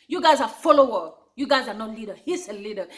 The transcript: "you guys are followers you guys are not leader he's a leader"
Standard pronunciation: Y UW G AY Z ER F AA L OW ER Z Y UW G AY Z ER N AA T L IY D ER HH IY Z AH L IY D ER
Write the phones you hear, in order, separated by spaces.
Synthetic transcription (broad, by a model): Y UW G AY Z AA F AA L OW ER Y UW G AY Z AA N AA T L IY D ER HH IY S AH L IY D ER